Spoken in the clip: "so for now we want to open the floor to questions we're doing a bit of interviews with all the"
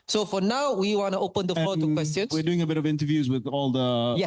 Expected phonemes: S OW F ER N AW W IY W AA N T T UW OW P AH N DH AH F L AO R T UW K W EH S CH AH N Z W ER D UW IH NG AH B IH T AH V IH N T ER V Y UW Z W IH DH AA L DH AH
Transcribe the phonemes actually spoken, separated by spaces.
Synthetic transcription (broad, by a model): S OW F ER N AW W IY W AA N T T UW OW P AH N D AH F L AO T UW K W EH S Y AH N W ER D UW IH NG AH B IH T AH V IH N T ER V Y UW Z W IH DH AA L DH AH